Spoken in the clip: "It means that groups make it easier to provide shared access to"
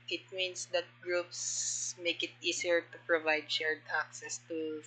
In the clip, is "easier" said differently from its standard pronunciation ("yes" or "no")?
yes